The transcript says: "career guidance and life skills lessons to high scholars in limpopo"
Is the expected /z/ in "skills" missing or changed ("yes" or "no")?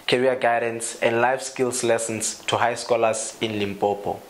yes